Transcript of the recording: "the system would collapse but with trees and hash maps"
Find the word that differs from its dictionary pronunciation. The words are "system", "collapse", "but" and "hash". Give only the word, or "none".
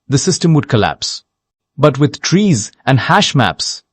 none